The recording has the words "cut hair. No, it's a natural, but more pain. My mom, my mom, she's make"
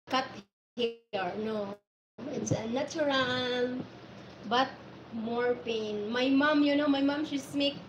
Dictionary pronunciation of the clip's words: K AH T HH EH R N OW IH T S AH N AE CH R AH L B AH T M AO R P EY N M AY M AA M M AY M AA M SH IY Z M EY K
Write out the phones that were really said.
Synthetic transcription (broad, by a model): K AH T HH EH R N OW IH T S AH N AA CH R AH L B AH T M AO R P EY N M AY M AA M M AY M AA M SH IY S M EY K